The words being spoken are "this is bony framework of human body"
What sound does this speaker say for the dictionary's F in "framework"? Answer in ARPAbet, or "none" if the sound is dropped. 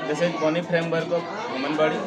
P